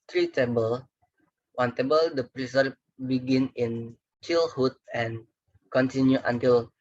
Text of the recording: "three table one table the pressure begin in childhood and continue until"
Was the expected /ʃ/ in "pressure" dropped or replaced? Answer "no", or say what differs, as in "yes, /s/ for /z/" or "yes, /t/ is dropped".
yes, /s/ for /ʃ/